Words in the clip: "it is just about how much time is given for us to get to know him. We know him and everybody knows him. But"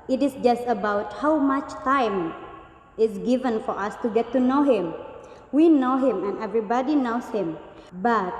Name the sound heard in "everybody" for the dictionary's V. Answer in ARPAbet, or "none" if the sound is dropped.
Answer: V